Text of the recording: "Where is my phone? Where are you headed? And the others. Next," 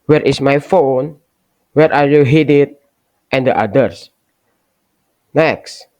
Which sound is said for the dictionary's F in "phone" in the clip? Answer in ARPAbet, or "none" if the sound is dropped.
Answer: F